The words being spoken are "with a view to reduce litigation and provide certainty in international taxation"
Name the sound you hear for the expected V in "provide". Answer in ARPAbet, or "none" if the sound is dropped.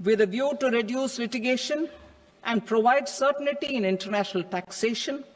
V